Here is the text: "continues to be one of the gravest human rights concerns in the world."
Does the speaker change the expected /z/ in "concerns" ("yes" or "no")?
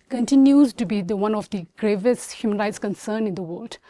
yes